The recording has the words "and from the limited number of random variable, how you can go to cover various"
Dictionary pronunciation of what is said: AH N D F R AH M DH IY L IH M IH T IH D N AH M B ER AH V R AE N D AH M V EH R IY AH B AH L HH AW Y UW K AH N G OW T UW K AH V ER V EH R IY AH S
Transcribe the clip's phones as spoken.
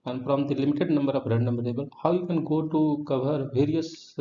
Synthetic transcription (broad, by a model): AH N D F R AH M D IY L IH M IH T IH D N AH M B ER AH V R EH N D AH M B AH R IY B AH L HH AW Y UW K AH N G OW T UW K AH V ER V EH R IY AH S